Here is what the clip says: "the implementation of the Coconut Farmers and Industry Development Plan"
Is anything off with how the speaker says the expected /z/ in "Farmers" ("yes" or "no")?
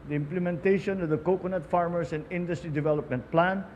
yes